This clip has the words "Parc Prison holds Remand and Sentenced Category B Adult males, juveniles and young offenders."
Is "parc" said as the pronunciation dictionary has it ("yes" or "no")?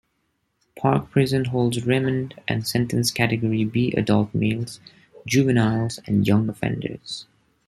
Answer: yes